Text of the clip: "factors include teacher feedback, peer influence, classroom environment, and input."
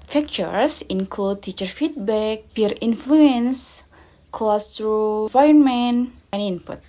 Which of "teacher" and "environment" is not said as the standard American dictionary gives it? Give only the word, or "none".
environment